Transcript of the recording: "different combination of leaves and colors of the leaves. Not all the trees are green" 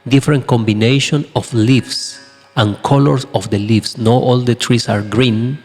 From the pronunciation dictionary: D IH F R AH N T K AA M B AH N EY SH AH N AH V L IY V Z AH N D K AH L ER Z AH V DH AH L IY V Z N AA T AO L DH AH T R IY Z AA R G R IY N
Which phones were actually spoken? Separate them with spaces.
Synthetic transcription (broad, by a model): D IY F R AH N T K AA M B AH N EY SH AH N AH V L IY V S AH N K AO L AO S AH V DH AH L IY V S N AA T AO L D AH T R IY S AA R G R IY N